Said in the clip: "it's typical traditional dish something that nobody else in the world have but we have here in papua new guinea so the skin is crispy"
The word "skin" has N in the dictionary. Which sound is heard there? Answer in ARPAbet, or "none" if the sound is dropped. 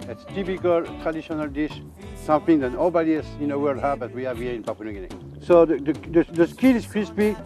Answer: L